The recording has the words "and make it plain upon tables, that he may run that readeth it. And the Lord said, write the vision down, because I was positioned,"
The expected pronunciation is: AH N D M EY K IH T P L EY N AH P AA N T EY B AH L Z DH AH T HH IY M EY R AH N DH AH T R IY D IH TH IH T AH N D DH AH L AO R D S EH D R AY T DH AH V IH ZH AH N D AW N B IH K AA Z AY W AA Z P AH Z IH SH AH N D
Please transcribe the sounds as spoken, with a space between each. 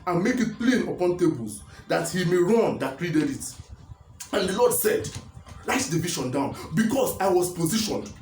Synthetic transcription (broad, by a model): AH N M EY K IH T P L EY N AH P AA N T EY B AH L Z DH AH T HH IY M EY R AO N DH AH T R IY D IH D IH T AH N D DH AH L AO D S EH D L AY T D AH V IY SH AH N D AW N B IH K AA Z AY W AA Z P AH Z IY SH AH N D